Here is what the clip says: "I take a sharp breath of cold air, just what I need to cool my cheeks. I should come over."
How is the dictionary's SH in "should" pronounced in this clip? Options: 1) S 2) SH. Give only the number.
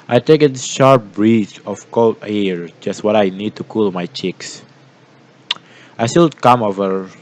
1